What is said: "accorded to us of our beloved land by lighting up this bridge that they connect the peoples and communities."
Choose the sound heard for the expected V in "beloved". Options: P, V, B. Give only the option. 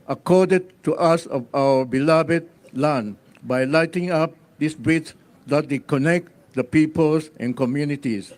B